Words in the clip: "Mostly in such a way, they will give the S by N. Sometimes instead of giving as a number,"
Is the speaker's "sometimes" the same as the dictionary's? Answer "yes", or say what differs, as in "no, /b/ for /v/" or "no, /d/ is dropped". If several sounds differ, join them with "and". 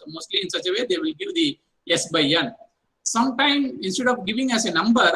no, /z/ is dropped